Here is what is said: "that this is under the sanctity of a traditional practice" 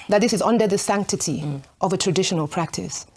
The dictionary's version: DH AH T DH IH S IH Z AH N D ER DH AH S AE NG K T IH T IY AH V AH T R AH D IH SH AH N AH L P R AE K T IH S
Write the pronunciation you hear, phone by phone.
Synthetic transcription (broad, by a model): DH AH T DH IH S IH Z AH N D ER DH AH S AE NG K T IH T IY AH V AH T R AH D IH SH AH N AH L P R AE K T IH S